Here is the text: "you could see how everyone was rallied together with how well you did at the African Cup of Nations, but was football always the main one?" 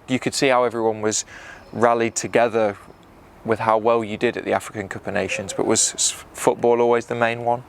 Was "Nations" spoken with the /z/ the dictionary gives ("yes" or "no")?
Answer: yes